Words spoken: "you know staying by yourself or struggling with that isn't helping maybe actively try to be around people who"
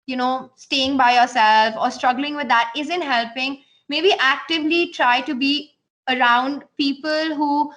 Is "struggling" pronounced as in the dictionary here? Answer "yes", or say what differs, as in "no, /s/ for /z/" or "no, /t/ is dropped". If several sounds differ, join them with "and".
yes